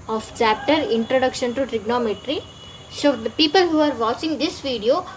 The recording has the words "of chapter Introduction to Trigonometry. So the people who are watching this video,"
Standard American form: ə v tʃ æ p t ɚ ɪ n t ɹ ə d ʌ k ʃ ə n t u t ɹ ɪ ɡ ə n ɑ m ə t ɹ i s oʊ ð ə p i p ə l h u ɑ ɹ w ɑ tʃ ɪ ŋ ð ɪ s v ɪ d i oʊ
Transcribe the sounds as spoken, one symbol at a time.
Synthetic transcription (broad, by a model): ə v tʃ æ p t ɚ ɪ n t ɹ ə d ʌ k ʃ ə n t u t ɹ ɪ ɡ n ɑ m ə t ɹ i s oʊ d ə p i p ə l h u ɑ ɹ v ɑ tʃ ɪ ŋ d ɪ s v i d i oʊ